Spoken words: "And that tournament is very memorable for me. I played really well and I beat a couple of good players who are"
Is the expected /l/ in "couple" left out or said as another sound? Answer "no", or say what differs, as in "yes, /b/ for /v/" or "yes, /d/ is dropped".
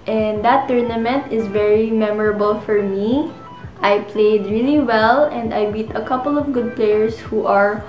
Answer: no